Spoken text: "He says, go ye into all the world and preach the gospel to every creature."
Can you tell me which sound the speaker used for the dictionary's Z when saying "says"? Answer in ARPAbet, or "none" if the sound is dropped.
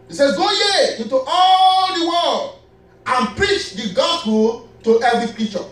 none